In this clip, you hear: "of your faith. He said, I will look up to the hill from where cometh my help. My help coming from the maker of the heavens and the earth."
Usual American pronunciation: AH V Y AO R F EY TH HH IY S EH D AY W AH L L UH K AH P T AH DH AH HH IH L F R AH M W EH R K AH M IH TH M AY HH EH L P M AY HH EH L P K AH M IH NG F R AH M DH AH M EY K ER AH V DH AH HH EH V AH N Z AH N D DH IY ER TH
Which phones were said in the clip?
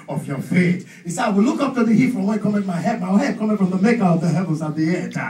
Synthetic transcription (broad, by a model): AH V Y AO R F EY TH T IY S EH AY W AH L L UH K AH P T AH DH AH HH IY F R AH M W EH K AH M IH M AY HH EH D M AY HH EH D K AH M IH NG F R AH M DH AH M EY K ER AH V DH AH HH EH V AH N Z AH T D DH IY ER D